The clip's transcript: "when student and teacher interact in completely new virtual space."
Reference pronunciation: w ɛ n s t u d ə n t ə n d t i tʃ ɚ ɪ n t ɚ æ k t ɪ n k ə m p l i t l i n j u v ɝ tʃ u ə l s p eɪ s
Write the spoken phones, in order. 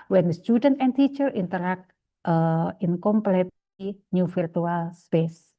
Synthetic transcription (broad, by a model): w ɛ n s t u d ə n t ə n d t i tʃ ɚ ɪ n t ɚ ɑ k t ɪ n k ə m p l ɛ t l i n j u f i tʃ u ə l s p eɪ s